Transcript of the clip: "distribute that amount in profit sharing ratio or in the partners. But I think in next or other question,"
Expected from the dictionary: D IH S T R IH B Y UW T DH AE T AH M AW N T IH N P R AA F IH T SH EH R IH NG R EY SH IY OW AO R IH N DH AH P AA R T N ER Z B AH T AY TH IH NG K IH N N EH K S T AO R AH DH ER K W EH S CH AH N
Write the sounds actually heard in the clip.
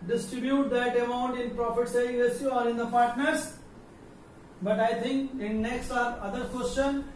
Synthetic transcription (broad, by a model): D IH S T R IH B Y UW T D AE T AH M AW N T IH N P R AA F IH T S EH IH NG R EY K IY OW AO R IH N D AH P AA R T N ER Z B AH T AY T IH NG K IH N N EH K S T AO R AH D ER K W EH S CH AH N